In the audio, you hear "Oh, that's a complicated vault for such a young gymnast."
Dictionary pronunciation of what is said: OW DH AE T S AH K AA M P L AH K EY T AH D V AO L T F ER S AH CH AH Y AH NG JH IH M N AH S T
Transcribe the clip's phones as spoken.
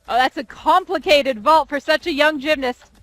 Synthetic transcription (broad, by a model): OW DH AE T S AH K AA M P L AH K EY T AH D V AO L T F ER S AH CH AH Y AH NG JH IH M N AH S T